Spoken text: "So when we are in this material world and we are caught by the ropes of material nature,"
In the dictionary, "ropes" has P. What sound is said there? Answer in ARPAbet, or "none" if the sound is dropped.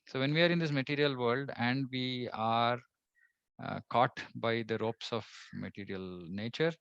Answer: P